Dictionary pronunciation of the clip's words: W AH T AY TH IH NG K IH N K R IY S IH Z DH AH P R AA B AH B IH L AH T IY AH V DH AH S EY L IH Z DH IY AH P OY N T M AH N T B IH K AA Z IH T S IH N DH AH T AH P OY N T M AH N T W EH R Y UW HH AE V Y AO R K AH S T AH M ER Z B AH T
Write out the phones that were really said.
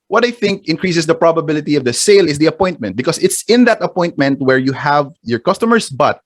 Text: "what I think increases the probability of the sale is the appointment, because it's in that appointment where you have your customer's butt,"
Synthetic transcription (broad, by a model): W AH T AY TH IH NG K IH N K R IY S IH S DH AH P R AA B AH B IH L AH T IY AH V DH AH S EY L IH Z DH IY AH P OY N T M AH N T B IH K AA S IH T S IH N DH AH T AH P OY N T M AH N T W EH R Y UW HH AE V Y AO R K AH S T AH M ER S B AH T